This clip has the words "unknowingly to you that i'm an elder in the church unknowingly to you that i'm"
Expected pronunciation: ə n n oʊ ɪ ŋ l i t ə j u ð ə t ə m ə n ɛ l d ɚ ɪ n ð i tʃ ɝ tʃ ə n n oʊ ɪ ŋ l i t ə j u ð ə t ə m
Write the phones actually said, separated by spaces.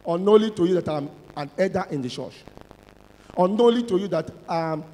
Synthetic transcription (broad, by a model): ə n n oʊ l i t ə j u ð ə t ə m ə n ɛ d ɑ ɪ n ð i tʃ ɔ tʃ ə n n oʊ l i t ə j u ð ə t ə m